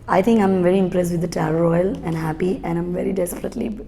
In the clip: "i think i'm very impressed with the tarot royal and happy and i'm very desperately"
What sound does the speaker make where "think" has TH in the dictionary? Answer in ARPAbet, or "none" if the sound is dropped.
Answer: T